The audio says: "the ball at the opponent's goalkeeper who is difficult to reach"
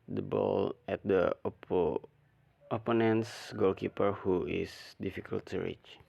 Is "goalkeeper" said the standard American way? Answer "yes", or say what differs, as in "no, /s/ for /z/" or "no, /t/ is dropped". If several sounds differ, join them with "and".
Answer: yes